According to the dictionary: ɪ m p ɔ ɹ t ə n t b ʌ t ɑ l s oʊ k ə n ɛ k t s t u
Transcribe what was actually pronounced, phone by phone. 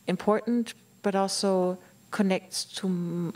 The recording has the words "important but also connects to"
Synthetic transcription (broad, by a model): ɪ m p ɔ ɹ t n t b ʌ t ɑ l s oʊ k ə n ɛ k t t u